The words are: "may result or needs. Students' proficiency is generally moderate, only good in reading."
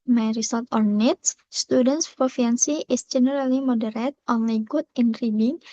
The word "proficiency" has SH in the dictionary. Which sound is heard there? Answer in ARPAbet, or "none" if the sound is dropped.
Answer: none